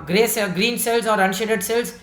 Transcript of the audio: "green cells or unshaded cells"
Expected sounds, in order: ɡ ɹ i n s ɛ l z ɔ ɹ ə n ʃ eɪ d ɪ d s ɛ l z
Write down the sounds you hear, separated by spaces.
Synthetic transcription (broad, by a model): ɡ ɹ i n s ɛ l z ɔ ɹ ə n ʃ eɪ d ɪ d s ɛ l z